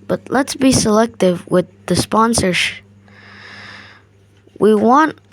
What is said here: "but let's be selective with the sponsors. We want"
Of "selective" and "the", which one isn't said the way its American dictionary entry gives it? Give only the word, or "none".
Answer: none